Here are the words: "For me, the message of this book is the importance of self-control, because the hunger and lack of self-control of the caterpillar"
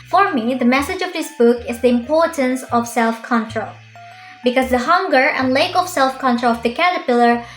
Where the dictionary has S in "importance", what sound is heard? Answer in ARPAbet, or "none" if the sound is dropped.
S